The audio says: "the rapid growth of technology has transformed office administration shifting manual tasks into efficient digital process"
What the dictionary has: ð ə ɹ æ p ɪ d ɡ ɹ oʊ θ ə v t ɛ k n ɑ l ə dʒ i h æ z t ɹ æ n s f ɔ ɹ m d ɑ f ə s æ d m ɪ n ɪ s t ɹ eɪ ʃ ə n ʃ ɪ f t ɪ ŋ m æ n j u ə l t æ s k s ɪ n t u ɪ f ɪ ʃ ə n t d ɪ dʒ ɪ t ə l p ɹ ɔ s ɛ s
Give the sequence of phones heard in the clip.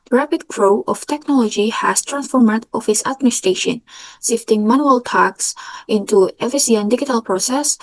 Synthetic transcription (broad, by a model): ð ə ɹ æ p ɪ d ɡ ɹ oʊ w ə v t ɛ k n ɑ l ə dʒ i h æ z t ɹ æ n s f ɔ ɹ m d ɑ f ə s æ d m ɪ n ɪ s t ɹ eɪ ʃ ə n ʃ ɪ f t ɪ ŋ m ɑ n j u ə l t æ k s ɪ n t u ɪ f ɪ s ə n d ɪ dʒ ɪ t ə l p ɹ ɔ s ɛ s